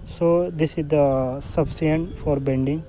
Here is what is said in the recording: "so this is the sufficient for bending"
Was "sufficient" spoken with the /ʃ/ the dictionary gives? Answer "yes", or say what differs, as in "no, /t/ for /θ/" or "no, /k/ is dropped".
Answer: no, /ʃ/ is dropped